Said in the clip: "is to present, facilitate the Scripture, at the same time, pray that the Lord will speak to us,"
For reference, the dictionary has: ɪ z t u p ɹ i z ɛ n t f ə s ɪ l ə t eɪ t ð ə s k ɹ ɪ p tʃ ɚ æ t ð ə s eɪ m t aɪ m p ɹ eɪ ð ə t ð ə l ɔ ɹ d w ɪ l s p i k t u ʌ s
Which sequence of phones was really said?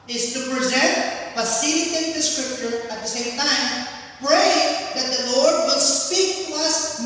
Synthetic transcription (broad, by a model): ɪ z t u p ɹ i z ɛ n t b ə s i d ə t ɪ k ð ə s k ɹ ɪ p tʃ ɚ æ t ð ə s eɪ m t aɪ m p ɹ eɪ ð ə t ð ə l ɔ ɹ d w ɪ l s p i k t u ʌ s